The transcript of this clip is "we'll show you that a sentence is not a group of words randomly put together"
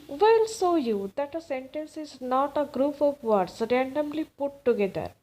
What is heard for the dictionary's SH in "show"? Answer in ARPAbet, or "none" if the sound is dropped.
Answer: S